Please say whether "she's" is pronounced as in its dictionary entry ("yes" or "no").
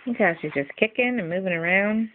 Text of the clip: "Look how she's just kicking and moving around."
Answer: yes